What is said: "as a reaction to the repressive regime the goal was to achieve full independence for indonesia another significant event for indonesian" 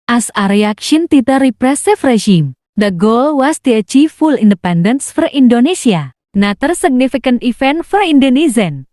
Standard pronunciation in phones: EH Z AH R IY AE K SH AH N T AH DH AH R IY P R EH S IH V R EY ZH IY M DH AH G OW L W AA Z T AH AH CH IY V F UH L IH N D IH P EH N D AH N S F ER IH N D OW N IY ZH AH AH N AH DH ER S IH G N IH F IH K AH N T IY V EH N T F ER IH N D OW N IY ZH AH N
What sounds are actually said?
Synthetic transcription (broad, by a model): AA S AH R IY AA K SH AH N T AH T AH R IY P R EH S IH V R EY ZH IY M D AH G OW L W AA S T AH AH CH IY F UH L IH N D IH P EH N D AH N S F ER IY N D OW N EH S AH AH N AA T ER S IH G N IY F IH K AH N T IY F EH N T F ER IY N D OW N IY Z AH N